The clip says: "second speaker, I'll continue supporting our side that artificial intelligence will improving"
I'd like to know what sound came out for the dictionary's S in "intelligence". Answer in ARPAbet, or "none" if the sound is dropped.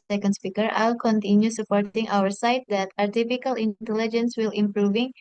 S